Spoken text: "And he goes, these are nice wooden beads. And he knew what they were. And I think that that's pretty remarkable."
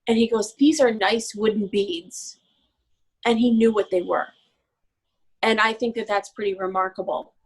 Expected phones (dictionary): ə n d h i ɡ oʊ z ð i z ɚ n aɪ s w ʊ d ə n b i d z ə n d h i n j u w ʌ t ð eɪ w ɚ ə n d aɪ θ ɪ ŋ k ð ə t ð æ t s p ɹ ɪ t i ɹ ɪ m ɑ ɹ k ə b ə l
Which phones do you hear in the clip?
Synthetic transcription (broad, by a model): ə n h i ɡ oʊ z ð i z ɚ n aɪ s w ʊ d n b i d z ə n i n j u w ʌ t ð eɪ w ɚ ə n aɪ θ ɪ ŋ k ð ə t ð æ t s p ɹ ɪ t i ɹ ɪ m ɑ ɹ k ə b l